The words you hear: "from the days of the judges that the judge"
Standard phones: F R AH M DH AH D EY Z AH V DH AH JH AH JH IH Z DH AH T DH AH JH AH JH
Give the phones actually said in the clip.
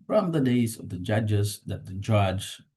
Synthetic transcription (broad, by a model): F R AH M DH AH D EY Z AH V DH AH JH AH JH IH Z DH AH T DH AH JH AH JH